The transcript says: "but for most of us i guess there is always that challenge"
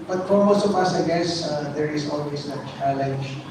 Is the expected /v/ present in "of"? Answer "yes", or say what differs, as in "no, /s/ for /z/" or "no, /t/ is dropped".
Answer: no, /p/ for /v/